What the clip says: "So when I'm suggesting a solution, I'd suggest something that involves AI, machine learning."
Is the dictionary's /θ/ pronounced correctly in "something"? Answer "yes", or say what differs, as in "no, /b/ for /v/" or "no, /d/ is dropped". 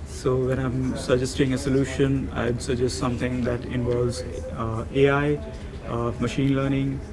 no, /t/ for /θ/